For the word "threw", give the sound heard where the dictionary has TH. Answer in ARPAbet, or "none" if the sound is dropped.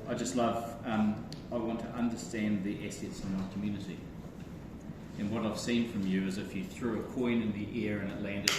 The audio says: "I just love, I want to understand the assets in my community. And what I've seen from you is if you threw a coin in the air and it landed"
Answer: TH